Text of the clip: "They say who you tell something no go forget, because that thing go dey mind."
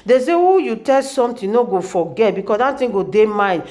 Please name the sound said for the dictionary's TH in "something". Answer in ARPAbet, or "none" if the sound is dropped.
T